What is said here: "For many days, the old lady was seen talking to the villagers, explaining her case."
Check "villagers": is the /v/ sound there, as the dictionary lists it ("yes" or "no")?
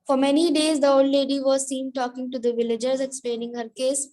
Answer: yes